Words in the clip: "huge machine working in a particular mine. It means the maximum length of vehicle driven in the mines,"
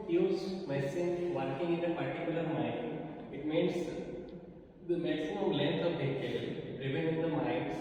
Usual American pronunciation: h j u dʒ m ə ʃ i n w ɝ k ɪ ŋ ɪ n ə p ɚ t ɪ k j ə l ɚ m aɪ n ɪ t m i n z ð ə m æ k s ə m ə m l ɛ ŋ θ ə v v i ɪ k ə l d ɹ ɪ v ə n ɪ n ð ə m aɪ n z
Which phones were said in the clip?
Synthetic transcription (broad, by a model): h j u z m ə s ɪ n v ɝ k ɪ ŋ ɪ n ə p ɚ t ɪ k j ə l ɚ m aɪ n ɪ t m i n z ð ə m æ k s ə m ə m l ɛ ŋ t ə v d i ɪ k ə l d ɹ ɪ v ə n ɪ n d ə m aɪ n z